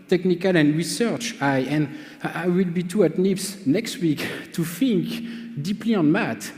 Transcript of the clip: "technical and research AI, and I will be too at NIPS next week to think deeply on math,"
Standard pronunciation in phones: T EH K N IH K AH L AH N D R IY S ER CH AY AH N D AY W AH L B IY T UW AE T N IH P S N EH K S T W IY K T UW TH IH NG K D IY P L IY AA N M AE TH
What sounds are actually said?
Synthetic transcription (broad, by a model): T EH K N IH K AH L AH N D R IY S ER CH AY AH N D AY W AH L B IY T UW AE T N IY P S N EH K S T W IY K T UW F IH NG K D IY P L IY AA N M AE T